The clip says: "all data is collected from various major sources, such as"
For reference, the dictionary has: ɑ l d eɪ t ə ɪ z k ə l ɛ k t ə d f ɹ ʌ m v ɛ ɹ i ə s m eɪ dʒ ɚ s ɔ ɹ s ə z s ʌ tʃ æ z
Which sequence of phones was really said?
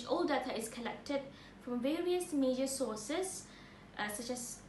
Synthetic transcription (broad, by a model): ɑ l d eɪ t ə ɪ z k ə l ɛ k t ə d f ɹ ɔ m v ɛ ɹ i ə s m eɪ dʒ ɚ s ɔ s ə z s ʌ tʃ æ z